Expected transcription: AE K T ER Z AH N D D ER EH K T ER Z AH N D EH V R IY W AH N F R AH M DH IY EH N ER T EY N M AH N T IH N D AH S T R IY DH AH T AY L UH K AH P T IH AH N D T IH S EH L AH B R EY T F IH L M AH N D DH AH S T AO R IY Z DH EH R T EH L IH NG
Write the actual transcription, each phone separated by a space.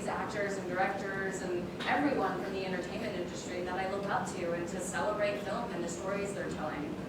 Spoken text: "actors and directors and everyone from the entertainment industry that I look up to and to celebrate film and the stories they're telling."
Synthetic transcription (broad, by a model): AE K T ER Z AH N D D ER EH K T ER Z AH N EH V R IY W AH N F R AH M DH IY EH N ER T EY N M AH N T IH N D AH S T R IY DH AH T AY L UH K AH P T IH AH N T IH S EH L AH B R EY T F IH L M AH N DH AH S T AO R IY Z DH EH R T EH L IH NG